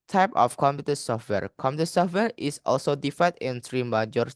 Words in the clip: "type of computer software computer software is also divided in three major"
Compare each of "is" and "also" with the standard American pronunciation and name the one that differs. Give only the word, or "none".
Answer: is